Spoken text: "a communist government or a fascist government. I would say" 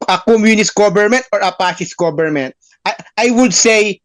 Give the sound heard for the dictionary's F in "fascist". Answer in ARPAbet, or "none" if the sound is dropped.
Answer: P